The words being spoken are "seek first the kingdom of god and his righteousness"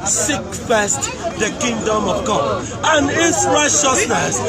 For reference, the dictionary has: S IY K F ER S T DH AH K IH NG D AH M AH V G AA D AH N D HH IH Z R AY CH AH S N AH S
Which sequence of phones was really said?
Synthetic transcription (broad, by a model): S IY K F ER S T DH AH K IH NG D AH M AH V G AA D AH N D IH S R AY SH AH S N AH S